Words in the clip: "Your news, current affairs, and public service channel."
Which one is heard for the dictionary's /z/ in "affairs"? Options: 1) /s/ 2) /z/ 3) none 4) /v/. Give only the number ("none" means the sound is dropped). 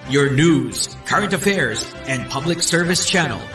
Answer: 2